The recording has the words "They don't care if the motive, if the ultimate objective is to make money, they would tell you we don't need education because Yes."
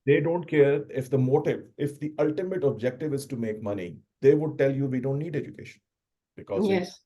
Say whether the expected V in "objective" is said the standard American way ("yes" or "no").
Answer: yes